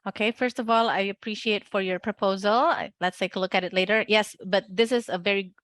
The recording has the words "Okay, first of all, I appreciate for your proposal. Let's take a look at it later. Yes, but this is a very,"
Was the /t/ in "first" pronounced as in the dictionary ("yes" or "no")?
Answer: yes